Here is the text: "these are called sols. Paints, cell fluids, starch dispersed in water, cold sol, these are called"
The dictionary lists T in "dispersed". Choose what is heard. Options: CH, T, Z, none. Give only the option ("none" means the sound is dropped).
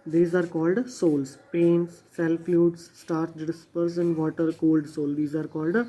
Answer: none